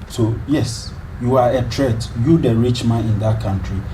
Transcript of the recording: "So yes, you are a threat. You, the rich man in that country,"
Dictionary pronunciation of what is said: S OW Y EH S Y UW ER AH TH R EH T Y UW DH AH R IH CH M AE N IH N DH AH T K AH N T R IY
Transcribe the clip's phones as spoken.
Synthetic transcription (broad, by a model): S OW Y EH S Y UW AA AH T R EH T Y UW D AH R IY CH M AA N IH N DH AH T K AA N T R IY